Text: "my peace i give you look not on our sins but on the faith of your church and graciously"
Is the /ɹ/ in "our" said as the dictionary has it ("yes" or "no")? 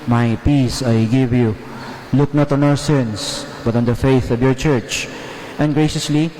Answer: yes